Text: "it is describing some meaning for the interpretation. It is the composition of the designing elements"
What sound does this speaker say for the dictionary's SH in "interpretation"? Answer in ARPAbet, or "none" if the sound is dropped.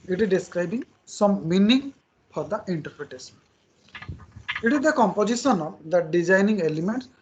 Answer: S